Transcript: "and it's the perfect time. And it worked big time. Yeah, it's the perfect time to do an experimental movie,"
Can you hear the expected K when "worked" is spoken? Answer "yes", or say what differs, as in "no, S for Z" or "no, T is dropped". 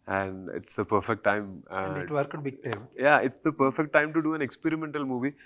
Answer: no, K is dropped